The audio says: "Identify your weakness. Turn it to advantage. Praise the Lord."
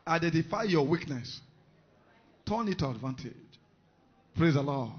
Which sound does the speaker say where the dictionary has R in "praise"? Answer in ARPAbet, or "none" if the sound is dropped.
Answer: R